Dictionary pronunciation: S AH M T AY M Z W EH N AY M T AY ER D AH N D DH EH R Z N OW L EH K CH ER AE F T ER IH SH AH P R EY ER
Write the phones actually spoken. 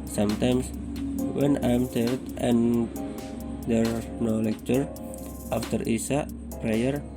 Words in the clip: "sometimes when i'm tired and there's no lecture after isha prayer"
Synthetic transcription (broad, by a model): S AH M T AY M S W EH N AY M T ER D AH N D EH R N OW L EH K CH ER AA F T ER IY S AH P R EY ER